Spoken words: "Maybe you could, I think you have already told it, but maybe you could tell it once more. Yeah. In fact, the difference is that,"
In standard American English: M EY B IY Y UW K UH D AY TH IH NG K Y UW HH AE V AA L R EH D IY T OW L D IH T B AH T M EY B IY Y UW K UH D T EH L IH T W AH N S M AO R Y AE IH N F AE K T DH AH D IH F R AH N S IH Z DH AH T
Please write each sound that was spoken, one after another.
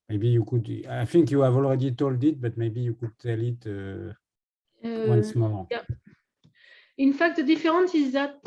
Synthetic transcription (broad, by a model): M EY B IY Y UW K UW D AY F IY NG K Y UW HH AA V AA L R EH D IY T OW L D IH T B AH T M EY B IY Y UW K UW D T EH L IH T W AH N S M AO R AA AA IH N F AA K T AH D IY F R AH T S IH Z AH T